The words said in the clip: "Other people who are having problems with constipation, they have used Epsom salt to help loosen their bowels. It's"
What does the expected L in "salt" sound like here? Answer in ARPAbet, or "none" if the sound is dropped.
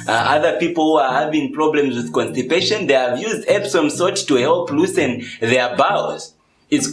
none